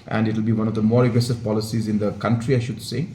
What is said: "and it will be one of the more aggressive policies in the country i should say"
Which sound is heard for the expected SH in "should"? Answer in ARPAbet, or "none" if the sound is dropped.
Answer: SH